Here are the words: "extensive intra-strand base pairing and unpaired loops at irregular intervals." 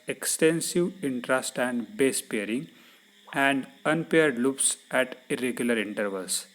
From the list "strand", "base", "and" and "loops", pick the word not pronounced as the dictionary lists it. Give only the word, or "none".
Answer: strand